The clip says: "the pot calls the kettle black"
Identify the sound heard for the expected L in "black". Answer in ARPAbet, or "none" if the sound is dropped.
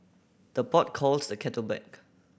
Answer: none